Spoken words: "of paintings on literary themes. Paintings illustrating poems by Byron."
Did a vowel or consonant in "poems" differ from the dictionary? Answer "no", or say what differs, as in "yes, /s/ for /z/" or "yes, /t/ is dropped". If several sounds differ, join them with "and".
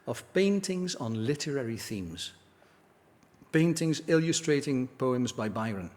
no